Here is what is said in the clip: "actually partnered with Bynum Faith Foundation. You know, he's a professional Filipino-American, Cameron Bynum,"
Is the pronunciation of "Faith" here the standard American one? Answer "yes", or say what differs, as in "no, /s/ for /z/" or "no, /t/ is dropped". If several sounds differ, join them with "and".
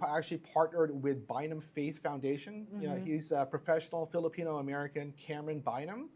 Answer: yes